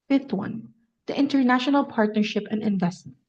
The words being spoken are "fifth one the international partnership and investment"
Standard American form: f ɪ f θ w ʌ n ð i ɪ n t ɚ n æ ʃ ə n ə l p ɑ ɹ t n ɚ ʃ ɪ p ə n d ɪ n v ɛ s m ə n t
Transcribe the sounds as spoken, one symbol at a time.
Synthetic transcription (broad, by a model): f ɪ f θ w ʌ n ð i ɪ n t ɚ n æ ʃ ə n ə l p ɑ ɹ t n ɚ ʃ ɪ p ə n d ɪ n v ɛ s t